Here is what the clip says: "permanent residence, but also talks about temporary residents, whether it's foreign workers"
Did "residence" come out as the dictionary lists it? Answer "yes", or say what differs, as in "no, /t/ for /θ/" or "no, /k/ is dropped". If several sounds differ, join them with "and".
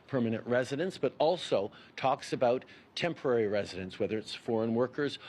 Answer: yes